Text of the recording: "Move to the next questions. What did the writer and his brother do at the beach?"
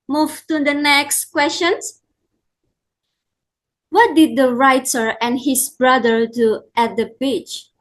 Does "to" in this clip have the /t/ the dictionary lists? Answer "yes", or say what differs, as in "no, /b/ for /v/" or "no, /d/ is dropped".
yes